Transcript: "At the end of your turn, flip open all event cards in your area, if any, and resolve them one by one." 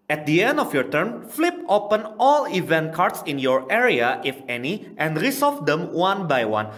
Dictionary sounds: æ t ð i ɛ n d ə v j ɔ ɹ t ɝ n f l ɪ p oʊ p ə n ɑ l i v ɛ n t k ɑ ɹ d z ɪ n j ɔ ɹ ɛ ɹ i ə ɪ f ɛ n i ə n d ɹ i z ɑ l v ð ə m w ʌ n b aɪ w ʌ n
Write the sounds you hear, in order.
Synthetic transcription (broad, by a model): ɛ t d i ɛ n d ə f j ɔ ɹ t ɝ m f l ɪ p oʊ p ə n ɑ l i v ɛ n t k ɑ ɹ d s ɪ n j ɔ ɹ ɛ ɹ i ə ɪ f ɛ n i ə n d ɹ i s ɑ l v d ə m w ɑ n b aɪ w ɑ n